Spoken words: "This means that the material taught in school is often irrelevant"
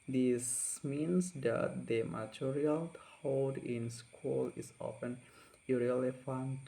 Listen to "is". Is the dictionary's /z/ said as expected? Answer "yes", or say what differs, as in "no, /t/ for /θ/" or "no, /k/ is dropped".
no, /s/ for /z/